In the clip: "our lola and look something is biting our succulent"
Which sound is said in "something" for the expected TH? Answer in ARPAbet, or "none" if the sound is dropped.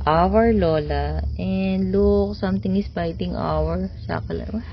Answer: T